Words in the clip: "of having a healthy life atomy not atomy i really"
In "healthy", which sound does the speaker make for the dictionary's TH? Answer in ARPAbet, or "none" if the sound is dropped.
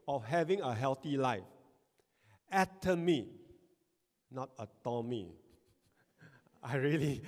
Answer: T